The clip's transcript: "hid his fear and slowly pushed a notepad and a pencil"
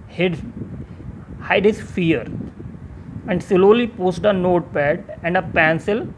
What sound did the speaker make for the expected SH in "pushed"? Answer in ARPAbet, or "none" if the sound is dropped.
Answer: S